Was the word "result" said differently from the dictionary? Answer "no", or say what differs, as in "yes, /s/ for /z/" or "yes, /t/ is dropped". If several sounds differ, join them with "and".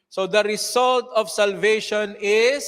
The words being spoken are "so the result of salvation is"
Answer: yes, /s/ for /z/